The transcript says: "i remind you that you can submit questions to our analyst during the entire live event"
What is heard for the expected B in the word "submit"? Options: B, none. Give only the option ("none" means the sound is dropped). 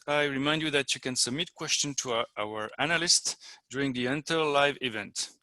B